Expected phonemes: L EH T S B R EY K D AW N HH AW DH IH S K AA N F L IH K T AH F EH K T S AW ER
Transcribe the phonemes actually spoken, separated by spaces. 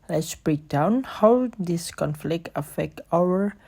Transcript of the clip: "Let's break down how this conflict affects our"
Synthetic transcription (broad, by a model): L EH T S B R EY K D AW N HH AW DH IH S K AA N F L IH K T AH F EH K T AW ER